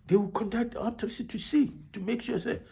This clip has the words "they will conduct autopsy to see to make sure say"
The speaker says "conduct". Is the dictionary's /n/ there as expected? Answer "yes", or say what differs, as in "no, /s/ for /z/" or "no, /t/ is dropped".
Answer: yes